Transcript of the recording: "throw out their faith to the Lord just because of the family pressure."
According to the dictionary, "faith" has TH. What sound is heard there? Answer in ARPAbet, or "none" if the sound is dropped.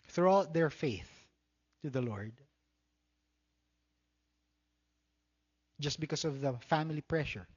TH